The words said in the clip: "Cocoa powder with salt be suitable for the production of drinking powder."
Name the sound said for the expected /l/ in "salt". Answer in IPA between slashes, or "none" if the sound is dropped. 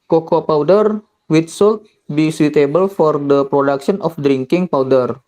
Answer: /l/